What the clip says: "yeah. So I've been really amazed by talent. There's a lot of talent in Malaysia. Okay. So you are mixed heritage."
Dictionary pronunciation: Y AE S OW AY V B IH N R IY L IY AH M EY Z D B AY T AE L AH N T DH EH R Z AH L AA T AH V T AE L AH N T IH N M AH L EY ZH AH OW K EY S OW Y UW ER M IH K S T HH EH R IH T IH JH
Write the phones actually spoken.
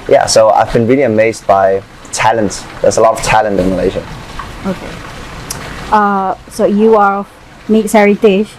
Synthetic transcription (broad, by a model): Y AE S OW AY V B IH N R IY L IY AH M EY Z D B AY T AE L AH N T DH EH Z AH L AA T AH V T AE L AH N T IH N M AH L EY ZH AH OW K EY S OW Y UW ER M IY S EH R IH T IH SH